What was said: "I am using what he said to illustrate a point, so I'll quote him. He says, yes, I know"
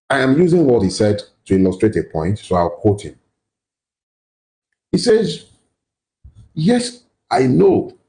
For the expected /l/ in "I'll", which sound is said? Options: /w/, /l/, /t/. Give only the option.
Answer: /w/